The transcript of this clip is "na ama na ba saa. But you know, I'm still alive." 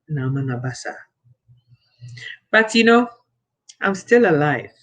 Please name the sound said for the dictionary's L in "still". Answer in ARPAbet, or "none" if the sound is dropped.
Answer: L